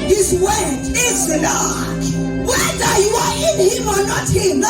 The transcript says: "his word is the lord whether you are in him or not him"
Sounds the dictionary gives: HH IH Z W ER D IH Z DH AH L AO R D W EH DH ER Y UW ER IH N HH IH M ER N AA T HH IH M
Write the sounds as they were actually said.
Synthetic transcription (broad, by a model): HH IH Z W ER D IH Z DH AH N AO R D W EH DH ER Y UW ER IH N HH IH M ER N AA T HH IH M